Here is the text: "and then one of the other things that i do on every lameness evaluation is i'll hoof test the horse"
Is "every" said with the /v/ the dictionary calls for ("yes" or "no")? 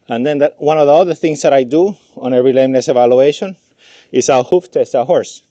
no